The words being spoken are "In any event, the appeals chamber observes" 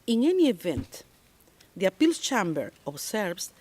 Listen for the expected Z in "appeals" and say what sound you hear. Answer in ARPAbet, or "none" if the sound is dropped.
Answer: S